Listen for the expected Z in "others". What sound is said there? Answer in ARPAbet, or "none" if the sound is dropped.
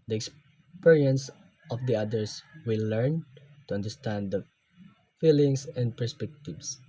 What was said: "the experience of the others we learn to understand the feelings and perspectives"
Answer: S